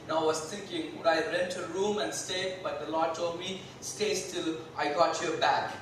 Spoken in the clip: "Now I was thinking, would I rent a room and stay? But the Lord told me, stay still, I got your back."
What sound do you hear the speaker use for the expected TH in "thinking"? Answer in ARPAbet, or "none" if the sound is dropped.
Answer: T